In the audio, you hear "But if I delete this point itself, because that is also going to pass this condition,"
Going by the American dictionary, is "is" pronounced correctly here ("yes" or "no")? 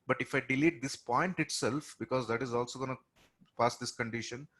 yes